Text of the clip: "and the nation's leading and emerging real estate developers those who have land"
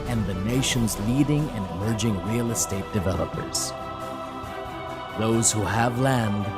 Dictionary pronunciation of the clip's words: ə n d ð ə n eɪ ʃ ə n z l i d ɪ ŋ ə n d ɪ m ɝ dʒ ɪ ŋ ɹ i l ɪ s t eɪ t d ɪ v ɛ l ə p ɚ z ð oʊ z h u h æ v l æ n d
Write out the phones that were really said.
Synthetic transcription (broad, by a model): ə n ð ə n eɪ ʃ ə n z l i d ɪ ŋ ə n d ɪ m ɝ dʒ ɪ ŋ ɹ i l ɪ s t eɪ t d ɪ v ɛ l ə p ɚ z ð oʊ z h u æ v l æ n d